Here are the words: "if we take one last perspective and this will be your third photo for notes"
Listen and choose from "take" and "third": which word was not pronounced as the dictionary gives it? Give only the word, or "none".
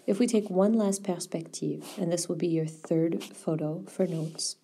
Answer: none